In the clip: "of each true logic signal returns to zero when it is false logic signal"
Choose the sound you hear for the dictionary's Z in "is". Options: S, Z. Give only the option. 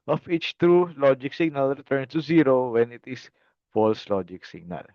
S